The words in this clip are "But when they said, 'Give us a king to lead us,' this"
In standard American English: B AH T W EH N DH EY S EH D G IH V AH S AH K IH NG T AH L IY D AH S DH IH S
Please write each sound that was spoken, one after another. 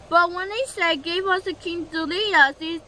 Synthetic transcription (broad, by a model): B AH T W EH N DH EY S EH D G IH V AH S AH K IH NG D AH L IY AH S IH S